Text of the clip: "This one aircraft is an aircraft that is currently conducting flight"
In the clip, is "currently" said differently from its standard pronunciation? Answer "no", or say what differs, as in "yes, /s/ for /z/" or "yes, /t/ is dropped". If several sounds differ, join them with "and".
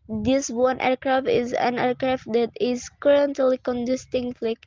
no